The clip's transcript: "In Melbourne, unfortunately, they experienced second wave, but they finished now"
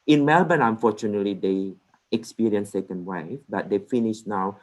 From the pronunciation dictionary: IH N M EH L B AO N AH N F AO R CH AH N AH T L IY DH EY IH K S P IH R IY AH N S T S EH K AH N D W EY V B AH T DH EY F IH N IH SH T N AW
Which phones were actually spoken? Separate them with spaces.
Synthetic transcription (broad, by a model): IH N M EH L B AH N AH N F AO CH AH N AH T L IY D EY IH K S P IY R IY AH N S S EH K AH N D W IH F B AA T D EY F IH N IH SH N AW